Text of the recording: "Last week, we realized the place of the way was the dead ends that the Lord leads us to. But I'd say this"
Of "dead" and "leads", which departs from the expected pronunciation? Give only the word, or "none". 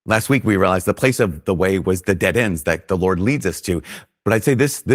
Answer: none